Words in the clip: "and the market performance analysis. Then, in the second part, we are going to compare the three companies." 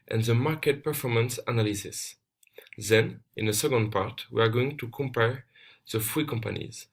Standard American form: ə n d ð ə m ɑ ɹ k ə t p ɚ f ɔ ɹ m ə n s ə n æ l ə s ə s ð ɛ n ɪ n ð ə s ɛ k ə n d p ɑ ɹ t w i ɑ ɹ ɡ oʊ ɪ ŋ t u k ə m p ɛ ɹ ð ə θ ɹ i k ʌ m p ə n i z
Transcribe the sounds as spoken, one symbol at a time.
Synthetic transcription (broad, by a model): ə n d ð ə m ɑ ɹ k ə t p ɚ f ɔ ɹ m ə n s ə n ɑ l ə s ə s ð ɛ n ɪ n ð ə s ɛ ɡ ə n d p ɑ ɹ t w i ɑ ɹ ɡ oʊ ɪ ŋ t u k ə m p ɛ ɹ ð ə f ɹ i k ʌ m p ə n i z